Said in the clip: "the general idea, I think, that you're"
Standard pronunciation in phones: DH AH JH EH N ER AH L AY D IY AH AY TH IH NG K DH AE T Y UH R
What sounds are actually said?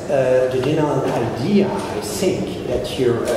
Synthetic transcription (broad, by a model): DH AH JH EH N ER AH N AY D IY AH AY TH IH NG K DH AE T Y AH R